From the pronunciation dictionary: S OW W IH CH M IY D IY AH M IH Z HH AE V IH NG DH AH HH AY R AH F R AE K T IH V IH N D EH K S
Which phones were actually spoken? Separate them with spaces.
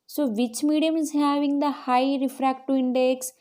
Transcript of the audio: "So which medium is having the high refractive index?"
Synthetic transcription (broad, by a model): S OW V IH CH M IY D IY AH M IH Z HH AE V IH NG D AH HH AY R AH F R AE K T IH IH N D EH K S